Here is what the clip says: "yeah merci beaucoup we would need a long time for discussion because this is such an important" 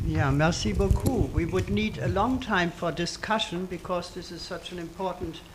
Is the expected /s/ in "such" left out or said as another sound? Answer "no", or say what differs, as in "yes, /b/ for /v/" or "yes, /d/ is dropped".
no